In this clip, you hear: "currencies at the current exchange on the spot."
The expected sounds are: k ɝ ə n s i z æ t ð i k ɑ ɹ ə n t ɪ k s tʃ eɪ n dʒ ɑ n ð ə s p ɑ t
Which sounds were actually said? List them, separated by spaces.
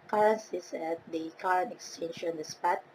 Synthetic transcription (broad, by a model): k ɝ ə n s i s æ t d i k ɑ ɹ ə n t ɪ k s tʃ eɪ n ʃ ɑ n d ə s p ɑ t